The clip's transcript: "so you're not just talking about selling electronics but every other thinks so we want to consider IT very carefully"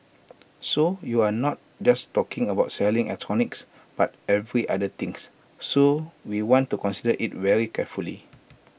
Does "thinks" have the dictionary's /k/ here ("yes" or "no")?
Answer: no